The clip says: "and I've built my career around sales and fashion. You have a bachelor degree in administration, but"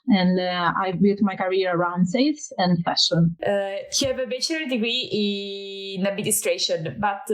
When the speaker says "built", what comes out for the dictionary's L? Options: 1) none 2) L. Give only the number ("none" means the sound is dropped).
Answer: 1